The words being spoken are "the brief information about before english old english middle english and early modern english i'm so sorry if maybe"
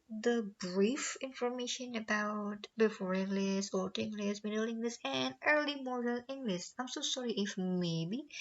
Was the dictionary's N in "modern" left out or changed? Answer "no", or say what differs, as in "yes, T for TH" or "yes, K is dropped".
yes, L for N